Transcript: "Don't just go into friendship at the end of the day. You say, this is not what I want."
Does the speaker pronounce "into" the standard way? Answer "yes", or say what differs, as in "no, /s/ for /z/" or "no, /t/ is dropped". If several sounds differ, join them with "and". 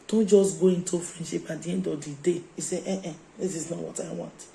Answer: yes